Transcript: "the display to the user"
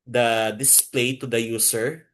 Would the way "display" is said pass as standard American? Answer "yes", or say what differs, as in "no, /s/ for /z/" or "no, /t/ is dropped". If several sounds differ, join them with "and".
yes